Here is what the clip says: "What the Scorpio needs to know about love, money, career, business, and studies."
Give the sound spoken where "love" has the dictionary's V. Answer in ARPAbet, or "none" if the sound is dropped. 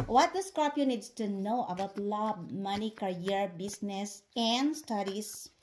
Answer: B